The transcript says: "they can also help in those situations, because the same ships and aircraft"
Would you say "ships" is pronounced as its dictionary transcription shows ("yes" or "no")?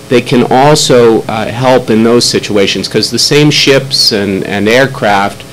yes